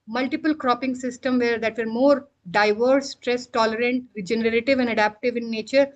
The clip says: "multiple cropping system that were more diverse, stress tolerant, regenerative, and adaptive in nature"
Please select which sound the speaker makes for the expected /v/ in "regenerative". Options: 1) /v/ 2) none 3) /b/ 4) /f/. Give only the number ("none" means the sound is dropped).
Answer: 1